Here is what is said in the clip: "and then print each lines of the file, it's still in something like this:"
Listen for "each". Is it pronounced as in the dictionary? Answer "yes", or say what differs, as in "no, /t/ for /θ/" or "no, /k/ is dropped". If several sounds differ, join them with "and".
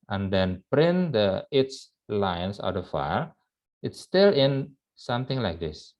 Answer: no, /s/ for /tʃ/